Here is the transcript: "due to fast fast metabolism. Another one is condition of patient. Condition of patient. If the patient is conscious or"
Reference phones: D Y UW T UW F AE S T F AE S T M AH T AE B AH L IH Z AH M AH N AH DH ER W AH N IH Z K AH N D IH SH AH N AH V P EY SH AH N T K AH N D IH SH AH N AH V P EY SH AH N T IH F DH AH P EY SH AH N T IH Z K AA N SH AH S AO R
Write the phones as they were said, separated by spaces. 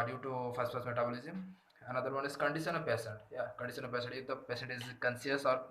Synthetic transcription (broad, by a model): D Y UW T UW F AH S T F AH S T M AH T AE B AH L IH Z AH M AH N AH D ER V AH N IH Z K AH N D IH SH AH N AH P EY S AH N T K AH N D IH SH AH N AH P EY S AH N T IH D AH P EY S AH N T IH Z K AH N S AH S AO R